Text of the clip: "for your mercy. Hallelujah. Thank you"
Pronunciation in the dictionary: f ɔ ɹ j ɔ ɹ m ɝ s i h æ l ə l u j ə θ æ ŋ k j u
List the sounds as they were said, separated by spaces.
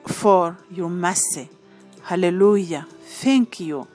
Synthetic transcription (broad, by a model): f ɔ ɹ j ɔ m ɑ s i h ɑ l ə l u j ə f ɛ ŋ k j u